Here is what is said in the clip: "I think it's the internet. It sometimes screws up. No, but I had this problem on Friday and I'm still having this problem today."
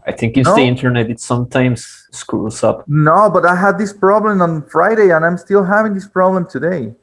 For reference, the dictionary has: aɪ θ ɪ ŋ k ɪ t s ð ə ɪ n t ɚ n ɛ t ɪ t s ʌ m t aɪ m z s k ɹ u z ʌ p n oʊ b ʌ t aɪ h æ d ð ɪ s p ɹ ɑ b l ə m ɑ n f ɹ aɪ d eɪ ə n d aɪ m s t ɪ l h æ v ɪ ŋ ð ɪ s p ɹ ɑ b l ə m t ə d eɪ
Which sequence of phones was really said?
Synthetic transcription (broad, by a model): aɪ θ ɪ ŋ k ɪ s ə ɪ n t ɚ n ɛ t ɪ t s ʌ m t aɪ m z s k u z ʌ p n oʊ b ʌ t aɪ h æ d ð ɪ s p ɹ ɑ b l ə m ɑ n f ɹ aɪ d eɪ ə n aɪ m s t ɪ l h æ v ɪ ŋ ð ɪ s p ɹ ɑ b l ə m t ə d eɪ